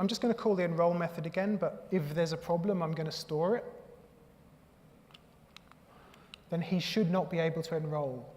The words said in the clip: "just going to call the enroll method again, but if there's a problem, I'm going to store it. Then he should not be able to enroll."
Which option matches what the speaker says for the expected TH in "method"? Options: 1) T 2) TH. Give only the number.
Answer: 2